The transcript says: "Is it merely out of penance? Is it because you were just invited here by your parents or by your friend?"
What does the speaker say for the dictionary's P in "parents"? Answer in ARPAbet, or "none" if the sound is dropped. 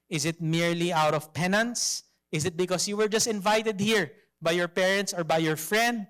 P